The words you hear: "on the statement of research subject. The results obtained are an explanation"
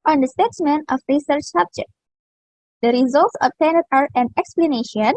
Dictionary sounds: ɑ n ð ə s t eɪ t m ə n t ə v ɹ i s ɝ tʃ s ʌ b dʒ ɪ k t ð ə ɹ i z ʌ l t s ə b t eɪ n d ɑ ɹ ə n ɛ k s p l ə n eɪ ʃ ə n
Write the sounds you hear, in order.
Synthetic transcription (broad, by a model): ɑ n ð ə s t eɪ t m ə n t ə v ɹ i s ɝ tʃ s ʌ b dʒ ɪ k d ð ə ɹ i z ʌ l t s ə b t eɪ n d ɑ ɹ ə n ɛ k s p l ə n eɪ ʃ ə n